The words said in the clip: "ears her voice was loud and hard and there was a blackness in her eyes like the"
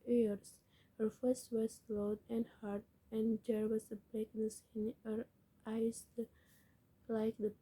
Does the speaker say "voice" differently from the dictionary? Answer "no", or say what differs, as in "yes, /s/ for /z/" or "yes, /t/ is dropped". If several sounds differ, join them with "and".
yes, /f/ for /v/